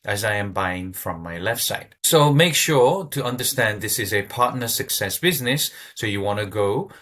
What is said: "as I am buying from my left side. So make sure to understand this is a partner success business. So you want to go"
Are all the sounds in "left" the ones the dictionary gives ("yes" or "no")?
yes